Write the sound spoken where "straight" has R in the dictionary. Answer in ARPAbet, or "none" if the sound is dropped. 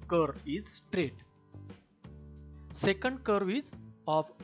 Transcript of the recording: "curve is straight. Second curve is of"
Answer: R